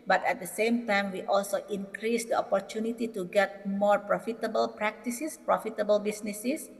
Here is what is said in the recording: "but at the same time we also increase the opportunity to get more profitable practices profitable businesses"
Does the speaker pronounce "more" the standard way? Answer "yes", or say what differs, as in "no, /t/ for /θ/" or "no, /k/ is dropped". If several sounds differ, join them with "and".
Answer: yes